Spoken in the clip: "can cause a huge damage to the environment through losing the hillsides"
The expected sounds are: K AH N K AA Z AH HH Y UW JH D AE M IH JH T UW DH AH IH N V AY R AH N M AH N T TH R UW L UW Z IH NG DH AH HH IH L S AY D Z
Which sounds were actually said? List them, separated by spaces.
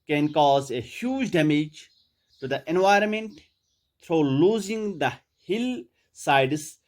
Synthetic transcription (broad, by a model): K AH N K AA Z AH HH Y UW JH D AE M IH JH T UW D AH IH N V AY R AH N M AH N T T R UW L UW Z IH NG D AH HH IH L S AY D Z